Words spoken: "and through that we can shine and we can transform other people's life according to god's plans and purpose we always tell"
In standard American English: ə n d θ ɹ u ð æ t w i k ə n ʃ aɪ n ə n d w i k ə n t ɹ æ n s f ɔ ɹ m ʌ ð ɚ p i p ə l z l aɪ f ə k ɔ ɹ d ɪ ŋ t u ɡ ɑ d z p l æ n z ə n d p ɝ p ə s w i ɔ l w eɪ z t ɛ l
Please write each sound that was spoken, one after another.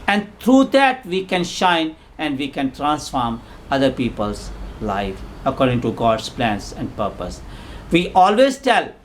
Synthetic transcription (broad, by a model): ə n d t ɹ u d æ t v i k ə n ʃ aɪ n ə n d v i k ə n t ɹ æ n s f ɔ ɹ m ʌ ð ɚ p i p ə l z l aɪ f ə k ɔ ɹ d ɪ ŋ t u ɡ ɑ d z p l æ n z ə n d p ɝ p ə s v i ɔ l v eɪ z t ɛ l